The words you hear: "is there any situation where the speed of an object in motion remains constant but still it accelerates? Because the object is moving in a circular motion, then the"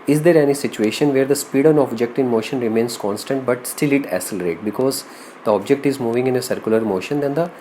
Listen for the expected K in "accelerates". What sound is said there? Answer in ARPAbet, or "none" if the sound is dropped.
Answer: none